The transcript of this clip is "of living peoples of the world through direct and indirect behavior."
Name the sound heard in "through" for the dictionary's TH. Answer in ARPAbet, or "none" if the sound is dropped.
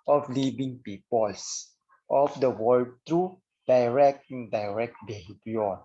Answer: T